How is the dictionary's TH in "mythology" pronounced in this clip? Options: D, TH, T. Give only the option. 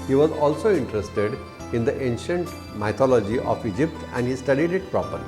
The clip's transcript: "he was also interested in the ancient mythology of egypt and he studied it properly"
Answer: T